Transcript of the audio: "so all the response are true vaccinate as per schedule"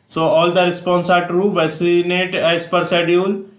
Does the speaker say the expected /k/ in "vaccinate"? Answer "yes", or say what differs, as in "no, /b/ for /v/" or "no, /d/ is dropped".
no, /k/ is dropped